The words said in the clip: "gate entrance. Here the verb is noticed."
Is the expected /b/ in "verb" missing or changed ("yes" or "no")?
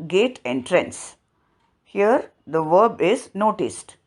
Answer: no